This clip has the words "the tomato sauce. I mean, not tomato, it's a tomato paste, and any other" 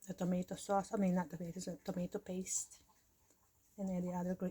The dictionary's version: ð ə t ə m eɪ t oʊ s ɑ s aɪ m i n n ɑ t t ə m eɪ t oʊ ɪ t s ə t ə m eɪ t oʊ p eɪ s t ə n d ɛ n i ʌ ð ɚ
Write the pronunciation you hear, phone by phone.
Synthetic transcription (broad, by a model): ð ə t ə m eɪ t oʊ s ɑ s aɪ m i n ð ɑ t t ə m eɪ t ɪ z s ə t ə m eɪ t oʊ p eɪ s t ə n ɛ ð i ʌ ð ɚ